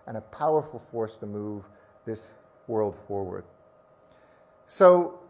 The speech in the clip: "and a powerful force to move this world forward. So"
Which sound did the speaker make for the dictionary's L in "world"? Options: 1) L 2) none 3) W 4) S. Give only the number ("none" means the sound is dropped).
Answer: 1